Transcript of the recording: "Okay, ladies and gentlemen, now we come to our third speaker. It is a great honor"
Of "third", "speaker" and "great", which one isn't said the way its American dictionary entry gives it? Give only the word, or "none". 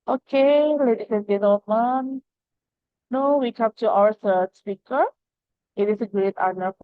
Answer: third